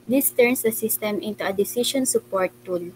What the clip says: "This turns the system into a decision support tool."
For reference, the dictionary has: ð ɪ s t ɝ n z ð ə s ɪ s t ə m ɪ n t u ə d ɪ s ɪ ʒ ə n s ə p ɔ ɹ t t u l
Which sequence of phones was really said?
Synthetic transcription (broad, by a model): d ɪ s t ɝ n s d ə s ɪ s t ə m ɪ n t u ə d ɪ s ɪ ʃ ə n s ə p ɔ ɹ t t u l